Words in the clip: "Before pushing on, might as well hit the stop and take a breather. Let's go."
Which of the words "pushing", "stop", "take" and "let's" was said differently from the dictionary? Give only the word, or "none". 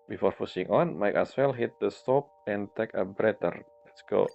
pushing